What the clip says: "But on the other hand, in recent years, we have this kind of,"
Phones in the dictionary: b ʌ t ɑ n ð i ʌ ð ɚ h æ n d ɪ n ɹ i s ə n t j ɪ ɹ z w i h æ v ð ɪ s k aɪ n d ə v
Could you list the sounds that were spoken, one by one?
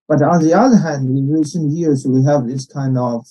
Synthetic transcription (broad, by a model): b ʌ t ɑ n ð i ʌ ð ɚ h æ n d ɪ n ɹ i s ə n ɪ j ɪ ɹ s w i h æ v ð ɪ s k aɪ n d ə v